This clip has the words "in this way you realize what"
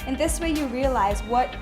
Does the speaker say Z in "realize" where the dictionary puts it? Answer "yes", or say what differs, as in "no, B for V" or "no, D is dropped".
yes